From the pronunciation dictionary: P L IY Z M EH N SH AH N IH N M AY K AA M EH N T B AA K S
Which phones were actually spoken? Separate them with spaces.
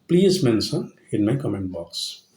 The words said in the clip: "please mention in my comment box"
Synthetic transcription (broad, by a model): P L IY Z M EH N S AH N IH N M AY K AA M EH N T B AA K S